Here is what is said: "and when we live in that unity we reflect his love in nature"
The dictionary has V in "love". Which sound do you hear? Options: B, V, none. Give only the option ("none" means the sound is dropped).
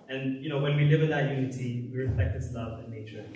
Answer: V